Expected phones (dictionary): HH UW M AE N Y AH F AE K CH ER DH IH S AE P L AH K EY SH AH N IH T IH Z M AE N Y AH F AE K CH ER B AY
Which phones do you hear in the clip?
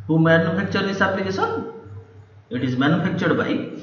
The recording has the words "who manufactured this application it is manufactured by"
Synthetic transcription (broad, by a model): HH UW M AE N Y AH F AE K CH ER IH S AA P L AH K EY S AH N IH T IH Z M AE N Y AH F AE K CH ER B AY